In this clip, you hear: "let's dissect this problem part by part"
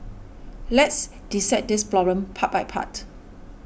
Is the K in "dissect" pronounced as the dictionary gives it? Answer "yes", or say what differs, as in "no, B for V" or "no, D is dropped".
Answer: no, K is dropped